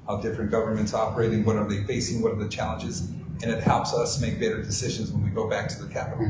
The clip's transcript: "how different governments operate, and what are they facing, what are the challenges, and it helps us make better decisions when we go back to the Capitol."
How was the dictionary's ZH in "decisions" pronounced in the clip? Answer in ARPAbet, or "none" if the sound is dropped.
ZH